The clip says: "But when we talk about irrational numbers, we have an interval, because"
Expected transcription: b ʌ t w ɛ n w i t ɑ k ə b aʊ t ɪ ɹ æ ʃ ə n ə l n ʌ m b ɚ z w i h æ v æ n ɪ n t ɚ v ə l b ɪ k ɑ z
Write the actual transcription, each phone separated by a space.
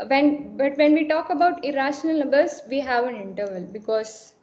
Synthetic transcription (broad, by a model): b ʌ t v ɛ n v i t ɑ k ə b aʊ t ɪ ɹ æ ʃ ə n ə l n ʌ b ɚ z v i h æ v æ n ɪ n t ɚ v ə l b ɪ k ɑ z